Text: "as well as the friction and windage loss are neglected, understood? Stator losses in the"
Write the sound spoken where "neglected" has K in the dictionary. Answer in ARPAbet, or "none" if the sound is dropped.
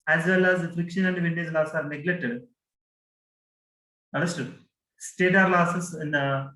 none